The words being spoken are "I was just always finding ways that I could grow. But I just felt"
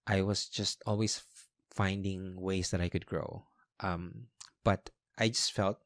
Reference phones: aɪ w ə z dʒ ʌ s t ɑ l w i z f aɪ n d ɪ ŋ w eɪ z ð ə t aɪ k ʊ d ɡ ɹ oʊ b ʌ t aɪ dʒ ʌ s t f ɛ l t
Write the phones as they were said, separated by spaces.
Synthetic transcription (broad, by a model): aɪ w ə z dʒ ʌ s t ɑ l w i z f aɪ n d ɪ ŋ w eɪ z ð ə t aɪ k ʊ d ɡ ɹ oʊ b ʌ t aɪ dʒ ʌ s t f ɛ l t